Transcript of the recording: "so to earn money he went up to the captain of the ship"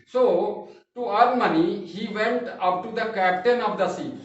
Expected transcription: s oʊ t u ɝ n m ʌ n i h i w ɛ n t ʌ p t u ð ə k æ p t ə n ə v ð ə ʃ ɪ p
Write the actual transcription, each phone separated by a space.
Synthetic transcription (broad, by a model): s oʊ t u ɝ l m ʌ n i h i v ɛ n t ʌ p t u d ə k æ p t ə n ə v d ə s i